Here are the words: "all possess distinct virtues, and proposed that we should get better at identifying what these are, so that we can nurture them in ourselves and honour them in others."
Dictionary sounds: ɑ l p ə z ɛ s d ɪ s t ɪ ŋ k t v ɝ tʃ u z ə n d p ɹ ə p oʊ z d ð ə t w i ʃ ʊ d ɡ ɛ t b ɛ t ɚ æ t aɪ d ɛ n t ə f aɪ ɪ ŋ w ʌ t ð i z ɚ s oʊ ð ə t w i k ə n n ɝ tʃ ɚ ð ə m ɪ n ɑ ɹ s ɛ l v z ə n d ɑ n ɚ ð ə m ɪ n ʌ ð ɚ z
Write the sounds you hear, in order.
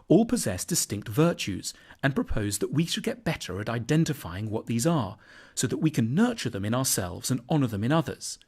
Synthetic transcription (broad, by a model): ɑ l p ə z ɛ s d ɪ s t ɪ ŋ k t v ɝ tʃ u z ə n p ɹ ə p oʊ z ð ə t w i ʃ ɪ d ɡ ɛ t b ɛ t ɚ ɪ t aɪ d ɛ n t ə f aɪ ɪ ŋ w ʌ t ð i z ɚ s oʊ ð ə t w i k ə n n ɝ tʃ ɚ ð ə m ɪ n ɑ ɹ s ɛ l v z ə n ɑ n ɚ ð ə m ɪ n ʌ ð ɚ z